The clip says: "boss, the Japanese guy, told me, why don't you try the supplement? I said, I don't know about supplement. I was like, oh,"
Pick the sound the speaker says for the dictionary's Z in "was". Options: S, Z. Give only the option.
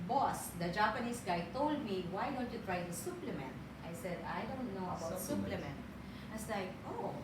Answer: S